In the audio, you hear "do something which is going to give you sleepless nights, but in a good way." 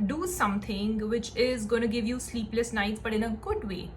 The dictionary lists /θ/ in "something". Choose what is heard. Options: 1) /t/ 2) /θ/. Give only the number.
1